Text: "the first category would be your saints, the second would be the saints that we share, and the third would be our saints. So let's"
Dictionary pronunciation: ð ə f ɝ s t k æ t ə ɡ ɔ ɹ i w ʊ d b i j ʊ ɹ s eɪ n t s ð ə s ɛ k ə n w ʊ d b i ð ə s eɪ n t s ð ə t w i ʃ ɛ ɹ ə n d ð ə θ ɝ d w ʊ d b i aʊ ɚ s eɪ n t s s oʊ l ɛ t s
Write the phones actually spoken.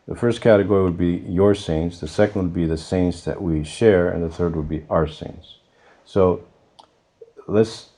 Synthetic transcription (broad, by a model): ð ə f ɝ s t k æ t ə ɡ ɔ ɹ i w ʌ d b i j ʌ ɹ s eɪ n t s ð ə s ɛ k n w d b i ð ə s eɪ n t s ð ə t w i ʃ ɛ ɹ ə n ð ə θ ɝ d w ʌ d b i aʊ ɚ s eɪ n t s s oʊ l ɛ t s